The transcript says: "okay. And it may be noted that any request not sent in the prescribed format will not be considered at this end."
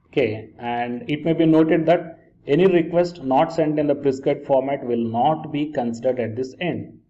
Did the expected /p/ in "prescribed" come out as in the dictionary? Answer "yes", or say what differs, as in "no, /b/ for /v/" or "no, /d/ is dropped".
no, /b/ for /p/